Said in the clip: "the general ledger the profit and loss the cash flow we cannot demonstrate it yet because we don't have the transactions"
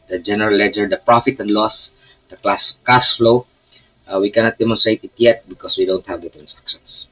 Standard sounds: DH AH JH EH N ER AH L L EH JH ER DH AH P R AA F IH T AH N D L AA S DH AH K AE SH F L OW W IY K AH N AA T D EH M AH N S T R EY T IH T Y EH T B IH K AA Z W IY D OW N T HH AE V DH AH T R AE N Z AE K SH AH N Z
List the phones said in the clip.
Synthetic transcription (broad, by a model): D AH JH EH N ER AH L L EH JH ER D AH P R AA F IH T AH N D L AA S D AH K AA S F L OW W IY K AH N AA T D EH M AH N S T R EY T IH T Y EH T B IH K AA S W IY D OW N T HH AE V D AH T R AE N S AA K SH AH N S